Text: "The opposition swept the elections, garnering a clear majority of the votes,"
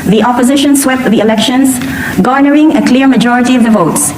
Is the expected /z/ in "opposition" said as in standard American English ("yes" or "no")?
yes